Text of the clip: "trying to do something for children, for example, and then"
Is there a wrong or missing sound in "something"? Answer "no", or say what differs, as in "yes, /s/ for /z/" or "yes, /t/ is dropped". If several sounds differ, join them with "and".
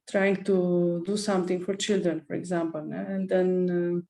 yes, /t/ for /θ/